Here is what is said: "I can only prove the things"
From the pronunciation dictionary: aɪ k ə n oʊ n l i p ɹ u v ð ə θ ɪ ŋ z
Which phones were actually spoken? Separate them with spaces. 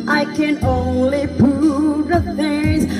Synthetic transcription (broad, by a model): aɪ k ə n oʊ n l i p u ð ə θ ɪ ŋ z